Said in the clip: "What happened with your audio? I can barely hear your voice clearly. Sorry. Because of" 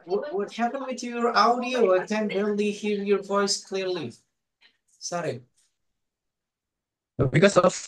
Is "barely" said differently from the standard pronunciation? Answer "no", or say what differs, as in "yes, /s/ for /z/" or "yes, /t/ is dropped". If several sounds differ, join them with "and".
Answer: yes, /l/ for /ɹ/